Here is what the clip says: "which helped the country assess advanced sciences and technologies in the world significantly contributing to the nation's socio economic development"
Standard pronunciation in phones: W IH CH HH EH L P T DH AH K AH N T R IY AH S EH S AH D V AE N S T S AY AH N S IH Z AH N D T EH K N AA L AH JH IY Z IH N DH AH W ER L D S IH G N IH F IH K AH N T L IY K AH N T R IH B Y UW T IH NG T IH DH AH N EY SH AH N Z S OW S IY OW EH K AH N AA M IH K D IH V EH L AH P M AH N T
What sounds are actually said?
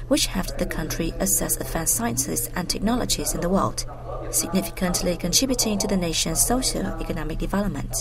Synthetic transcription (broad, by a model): W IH CH HH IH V DH AH K AH N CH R IY AH S EH S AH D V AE N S S AY AH N S IH Z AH N T EH K N AA L AH JH IY Z IH N DH AH W ER L D S IH G N IH F IH K AH N T L IY K AH N T R IH B Y UW T IH NG T IH DH AH N EY SH AH N Z S OW SH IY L EH K AH N AA M IH K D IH V EH L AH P M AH N T